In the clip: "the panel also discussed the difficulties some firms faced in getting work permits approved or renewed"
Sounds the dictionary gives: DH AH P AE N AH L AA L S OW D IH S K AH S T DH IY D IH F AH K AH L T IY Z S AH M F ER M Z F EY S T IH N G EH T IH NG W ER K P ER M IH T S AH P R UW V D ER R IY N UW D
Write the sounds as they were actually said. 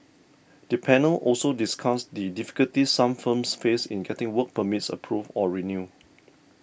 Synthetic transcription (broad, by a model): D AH P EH N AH L AA L S OW D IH S K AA S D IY D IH F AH K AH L T IY S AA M F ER M S F EY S IH N G EH T IH NG W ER K P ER M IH T S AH P R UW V AO R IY N UW